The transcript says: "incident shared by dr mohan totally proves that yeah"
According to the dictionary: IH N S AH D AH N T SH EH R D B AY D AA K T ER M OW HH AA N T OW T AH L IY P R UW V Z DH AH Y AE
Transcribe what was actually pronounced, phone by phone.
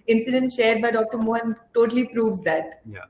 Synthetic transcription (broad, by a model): IH N S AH D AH N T SH EH R D B AY D AA K T ER M OW HH AA N T OW T AH L IY P R UW V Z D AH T